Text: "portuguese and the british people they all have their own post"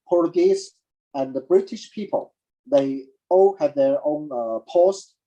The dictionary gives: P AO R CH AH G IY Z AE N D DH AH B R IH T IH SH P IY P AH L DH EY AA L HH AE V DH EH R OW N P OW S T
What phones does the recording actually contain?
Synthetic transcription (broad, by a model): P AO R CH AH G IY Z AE N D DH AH B R IH T IH SH P IY P AH L DH EY AA L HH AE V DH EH R OW N P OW S T